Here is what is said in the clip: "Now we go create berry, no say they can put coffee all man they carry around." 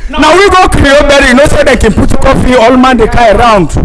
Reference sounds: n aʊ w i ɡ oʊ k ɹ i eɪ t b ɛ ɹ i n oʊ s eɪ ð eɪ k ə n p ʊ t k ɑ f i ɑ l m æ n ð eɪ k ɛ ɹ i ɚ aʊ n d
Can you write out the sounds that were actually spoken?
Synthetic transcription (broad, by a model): n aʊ w i ɡ oʊ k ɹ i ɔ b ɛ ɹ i n oʊ s eɪ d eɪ k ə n p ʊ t k ɑ f i ɑ l m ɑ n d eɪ k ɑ i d aʊ n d